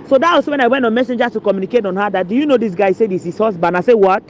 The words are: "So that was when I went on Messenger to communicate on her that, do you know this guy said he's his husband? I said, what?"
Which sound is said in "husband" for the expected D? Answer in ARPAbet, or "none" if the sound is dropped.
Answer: none